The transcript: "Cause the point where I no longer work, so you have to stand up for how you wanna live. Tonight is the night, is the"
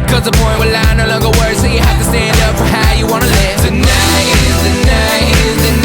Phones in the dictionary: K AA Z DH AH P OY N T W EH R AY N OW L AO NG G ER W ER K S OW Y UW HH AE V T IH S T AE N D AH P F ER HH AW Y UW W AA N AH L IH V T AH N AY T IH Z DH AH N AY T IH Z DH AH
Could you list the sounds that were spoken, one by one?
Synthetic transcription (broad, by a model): K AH Z DH AH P OY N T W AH L AY N OW L AO NG G ER W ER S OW Y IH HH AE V T IH S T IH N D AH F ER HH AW Y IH W AA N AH L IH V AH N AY IH Z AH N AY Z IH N